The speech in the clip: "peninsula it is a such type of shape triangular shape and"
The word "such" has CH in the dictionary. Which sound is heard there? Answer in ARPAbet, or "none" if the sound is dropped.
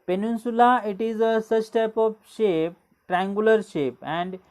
S